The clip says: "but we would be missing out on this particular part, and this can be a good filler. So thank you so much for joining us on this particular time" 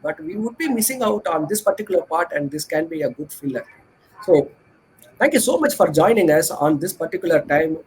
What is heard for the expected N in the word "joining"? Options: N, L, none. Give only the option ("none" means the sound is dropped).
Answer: N